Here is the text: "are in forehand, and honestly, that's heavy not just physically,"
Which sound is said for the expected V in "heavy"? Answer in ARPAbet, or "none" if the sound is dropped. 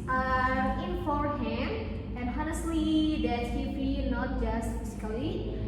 B